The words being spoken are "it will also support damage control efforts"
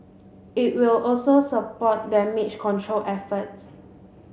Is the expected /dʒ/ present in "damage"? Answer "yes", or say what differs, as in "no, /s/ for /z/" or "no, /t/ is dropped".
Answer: no, /tʃ/ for /dʒ/